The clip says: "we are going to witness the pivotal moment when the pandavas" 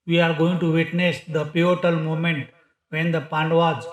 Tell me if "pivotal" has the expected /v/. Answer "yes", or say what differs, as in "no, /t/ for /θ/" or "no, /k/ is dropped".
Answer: no, /v/ is dropped